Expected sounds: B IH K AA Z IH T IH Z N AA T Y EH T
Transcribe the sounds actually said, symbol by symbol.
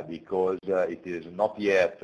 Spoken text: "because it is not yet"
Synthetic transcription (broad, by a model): B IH K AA Z IH T IH Z N AA T Y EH T